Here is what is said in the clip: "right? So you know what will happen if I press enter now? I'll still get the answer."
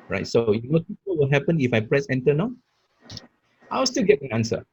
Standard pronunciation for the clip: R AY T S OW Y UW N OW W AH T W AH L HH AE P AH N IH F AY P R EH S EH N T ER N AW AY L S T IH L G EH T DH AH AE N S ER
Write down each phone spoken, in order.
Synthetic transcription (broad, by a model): R AY T S OW Y UW N OW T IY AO W AH L HH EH P AH N IH F AY P R EH S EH N T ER N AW AY W S T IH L G EH T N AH N S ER